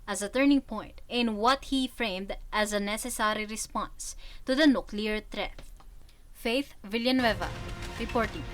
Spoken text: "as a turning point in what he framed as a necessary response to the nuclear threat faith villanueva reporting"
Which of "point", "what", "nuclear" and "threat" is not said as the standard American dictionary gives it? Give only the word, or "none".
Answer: threat